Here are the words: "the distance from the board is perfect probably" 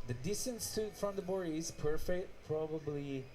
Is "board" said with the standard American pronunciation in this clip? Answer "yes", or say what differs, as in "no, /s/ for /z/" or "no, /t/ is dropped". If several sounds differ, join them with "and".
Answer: no, /d/ is dropped